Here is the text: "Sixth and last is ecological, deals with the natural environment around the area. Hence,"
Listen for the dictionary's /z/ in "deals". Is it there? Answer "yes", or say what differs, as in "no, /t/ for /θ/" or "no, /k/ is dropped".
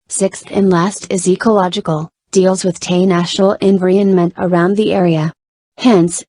yes